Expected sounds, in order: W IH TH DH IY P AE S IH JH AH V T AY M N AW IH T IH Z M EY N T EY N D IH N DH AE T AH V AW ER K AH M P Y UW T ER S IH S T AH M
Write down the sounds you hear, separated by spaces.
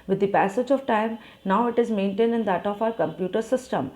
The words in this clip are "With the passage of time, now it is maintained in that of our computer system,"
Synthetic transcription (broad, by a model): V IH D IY P AE S IH JH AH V T AY M N AW IH T IH Z M EY N T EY N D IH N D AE T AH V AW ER K AH M P Y UW T ER S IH S T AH M